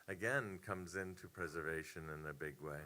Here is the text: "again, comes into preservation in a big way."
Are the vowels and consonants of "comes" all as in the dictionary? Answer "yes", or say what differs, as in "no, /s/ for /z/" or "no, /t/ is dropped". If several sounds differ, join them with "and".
yes